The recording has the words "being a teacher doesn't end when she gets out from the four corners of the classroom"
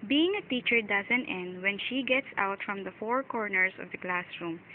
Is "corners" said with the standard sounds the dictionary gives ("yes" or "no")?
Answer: no